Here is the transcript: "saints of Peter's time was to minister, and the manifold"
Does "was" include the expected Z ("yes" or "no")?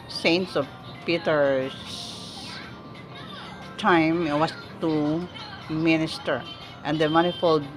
no